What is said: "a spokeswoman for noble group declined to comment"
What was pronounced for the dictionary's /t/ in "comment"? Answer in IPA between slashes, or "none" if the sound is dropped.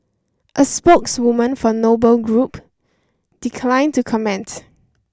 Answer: /t/